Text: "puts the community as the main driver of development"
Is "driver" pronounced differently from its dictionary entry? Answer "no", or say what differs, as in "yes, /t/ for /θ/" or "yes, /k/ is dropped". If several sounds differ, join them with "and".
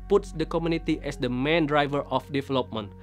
no